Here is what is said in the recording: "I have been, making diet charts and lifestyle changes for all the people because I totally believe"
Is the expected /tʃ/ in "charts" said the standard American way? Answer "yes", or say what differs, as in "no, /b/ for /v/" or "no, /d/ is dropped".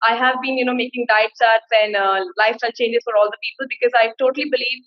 no, /s/ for /tʃ/